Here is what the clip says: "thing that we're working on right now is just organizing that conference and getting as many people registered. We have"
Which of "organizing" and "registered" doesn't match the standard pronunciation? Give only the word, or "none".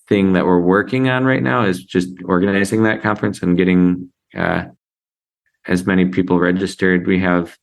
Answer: none